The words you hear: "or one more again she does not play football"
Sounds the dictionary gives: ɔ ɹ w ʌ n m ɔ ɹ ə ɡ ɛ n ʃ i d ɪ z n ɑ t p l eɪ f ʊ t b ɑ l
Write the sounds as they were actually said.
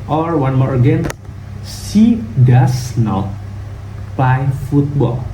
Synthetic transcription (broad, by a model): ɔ ɹ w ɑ n m ɔ ɹ ə ɡ ɛ n s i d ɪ s n ɑ t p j f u t b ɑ l